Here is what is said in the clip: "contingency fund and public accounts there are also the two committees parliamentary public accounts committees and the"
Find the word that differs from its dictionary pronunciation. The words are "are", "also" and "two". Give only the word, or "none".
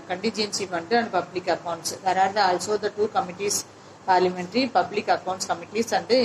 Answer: are